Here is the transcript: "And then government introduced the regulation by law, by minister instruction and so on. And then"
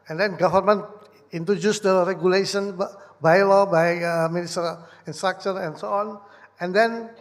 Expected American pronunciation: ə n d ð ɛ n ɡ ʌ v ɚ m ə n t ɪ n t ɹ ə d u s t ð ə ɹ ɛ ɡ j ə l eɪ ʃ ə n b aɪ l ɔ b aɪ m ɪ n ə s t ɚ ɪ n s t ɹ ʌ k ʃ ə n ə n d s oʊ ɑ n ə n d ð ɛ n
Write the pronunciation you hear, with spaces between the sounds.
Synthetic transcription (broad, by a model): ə n d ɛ n ɡ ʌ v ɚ m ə n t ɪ n t ɹ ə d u s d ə ɹ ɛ ɡ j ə l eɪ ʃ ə n b aɪ l ɔ b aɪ m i n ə s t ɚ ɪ n s t ɹ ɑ k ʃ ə n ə n s oʊ ɑ n ə n d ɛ n